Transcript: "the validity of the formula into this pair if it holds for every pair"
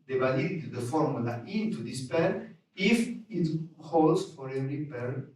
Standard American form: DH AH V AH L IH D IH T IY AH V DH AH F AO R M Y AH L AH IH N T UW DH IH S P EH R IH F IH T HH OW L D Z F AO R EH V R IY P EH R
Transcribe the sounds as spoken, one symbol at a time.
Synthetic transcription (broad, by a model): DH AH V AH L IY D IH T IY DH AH F AO R M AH L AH IH N T UW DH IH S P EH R IH F IH T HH OW L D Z F AO R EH R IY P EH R